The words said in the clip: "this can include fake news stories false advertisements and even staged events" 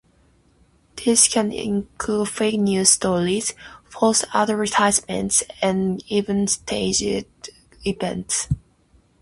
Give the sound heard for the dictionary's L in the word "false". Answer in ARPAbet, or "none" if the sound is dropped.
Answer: none